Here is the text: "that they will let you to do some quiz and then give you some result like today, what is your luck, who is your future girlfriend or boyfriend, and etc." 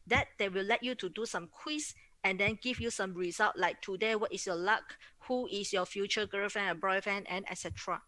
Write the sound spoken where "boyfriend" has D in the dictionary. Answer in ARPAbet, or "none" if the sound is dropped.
none